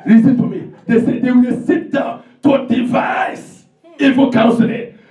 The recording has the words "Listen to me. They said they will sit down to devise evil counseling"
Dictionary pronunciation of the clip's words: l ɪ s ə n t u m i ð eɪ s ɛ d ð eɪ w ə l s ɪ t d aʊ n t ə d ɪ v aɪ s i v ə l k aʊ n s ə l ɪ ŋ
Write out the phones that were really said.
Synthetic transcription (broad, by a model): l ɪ s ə n t u m i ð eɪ s ɛ d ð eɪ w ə s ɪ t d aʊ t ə d ɪ v aɪ s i f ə k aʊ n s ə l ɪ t